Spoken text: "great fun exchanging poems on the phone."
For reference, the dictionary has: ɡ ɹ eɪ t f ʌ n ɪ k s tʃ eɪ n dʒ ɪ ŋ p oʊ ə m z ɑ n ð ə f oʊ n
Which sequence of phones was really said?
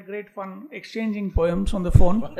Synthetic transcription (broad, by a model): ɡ ɹ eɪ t f ʌ n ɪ k s tʃ eɪ n dʒ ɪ ŋ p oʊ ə m s ɑ n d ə f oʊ n